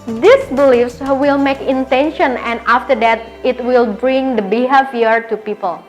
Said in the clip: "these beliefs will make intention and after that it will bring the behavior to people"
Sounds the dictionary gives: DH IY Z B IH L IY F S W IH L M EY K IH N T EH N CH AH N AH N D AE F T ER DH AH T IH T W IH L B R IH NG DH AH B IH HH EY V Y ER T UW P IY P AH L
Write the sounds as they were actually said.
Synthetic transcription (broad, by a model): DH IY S B IH L IY F S W IH L M EY K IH N T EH N SH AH N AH N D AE F T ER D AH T IH T W IH L B R IH NG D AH B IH HH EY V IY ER T UW P IY P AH L